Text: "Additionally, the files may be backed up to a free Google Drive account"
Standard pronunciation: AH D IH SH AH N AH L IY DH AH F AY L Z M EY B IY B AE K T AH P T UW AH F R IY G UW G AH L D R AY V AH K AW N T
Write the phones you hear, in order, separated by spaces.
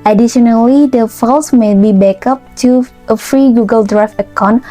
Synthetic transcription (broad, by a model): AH D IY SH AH N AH L IY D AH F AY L S M EY B IY B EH K AH P T UW AH F R IY G UW G AH L D R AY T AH K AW N